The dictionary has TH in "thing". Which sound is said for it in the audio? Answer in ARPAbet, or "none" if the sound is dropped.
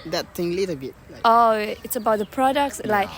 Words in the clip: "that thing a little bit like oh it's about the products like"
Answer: T